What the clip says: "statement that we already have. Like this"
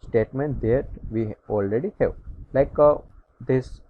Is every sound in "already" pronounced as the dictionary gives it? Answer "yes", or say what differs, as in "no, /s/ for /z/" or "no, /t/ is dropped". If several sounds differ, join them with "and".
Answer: yes